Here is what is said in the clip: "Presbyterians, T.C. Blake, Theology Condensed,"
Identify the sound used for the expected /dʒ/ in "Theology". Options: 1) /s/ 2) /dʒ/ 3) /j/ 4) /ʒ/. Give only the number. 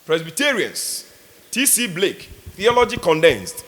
2